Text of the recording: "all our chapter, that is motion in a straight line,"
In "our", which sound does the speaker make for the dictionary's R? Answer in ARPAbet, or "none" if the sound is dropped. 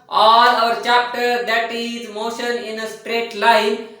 R